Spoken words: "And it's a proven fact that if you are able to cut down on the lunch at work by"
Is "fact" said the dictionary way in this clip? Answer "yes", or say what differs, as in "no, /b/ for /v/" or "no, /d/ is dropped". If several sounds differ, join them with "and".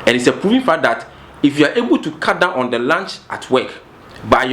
no, /k/ is dropped